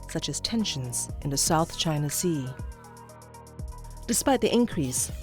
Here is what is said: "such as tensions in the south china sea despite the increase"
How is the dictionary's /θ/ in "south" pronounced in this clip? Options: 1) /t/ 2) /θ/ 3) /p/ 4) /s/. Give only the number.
2